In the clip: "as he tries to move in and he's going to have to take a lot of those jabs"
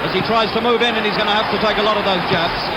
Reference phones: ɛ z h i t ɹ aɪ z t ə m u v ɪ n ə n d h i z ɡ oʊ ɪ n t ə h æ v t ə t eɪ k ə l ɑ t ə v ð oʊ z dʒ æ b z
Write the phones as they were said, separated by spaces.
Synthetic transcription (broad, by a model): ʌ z i t ɹ aɪ z t ə m u v ɪ n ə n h i z ɡ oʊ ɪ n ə h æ f t ə t eɪ k ə l ɑ t ə v ð oʊ z dʒ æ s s